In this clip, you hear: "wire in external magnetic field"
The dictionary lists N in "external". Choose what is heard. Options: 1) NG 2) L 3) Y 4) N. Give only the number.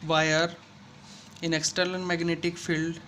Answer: 2